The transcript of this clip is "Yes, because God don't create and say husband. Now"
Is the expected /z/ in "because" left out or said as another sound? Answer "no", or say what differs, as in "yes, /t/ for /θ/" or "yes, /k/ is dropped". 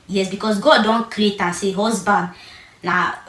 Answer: yes, /s/ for /z/